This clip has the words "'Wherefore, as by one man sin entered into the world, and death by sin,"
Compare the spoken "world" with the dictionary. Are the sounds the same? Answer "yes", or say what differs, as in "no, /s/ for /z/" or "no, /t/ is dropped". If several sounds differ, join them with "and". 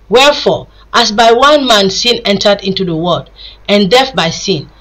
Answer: no, /l/ is dropped